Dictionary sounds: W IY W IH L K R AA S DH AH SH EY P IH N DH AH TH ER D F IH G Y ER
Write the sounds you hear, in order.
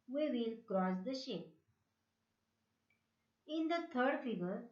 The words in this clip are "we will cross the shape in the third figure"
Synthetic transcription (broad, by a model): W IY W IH L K R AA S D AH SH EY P IH N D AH T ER D F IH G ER